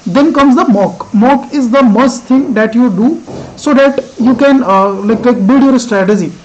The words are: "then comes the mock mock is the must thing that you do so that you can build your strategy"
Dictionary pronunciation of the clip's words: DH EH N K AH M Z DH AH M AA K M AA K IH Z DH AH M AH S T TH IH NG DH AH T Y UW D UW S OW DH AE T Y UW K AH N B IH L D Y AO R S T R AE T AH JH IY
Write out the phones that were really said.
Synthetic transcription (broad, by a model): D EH N K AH M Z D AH M AA K M AA K IH Z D AH M AH S T T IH NG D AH T Y UW D UW S OW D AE T Y UW K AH N B IH L D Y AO R S T R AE T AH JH IY